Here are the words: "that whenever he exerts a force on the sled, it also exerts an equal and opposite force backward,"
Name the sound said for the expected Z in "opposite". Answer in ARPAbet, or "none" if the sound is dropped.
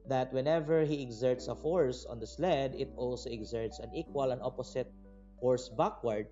S